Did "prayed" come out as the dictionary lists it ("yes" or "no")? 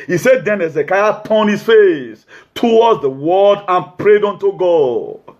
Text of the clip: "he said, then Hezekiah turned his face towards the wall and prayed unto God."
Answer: yes